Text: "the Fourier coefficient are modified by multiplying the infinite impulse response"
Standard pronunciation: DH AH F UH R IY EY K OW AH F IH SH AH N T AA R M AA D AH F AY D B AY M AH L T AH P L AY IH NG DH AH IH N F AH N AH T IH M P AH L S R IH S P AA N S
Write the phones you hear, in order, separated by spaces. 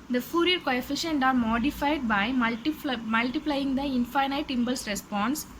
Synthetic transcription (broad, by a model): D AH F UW R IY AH K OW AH F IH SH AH N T AA R M AA D AH F AY D B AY M AH L T AH P L AY IH NG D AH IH N F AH N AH T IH M B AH L S R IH S P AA N S